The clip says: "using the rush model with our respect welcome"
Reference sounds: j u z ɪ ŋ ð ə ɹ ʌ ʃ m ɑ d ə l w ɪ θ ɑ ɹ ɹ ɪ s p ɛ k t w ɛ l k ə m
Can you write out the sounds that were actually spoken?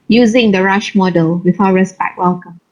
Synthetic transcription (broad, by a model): j u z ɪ ŋ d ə ɹ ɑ ʃ m ɑ d ə l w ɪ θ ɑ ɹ ɹ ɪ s b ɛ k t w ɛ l k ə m